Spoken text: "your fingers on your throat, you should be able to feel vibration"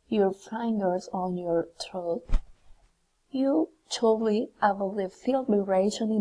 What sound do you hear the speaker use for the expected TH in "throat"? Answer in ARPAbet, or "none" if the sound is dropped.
T